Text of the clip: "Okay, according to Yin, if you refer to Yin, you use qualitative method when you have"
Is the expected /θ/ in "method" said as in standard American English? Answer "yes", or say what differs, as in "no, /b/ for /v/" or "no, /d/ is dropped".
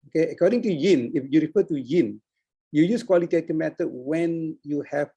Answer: no, /t/ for /θ/